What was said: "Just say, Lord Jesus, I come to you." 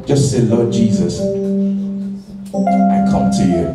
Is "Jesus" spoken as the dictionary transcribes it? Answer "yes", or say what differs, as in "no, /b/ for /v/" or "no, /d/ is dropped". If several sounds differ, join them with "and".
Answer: yes